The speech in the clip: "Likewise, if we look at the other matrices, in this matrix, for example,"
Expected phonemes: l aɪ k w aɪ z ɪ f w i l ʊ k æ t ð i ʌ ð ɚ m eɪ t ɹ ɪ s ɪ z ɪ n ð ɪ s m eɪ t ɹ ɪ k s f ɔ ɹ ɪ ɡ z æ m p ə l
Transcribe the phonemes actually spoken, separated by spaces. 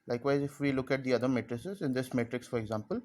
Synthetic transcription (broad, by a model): l aɪ k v aɪ z ɪ f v i l ʊ k æ t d i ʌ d ɚ m eɪ t ɹ ɪ s ɪ z ɪ n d ɪ s m eɪ t ɹ ɪ k s f ɔ ɹ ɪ ɡ z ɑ m p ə l